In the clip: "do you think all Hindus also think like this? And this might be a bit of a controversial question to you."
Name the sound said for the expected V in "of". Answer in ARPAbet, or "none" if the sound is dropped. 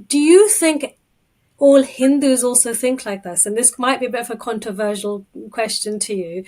V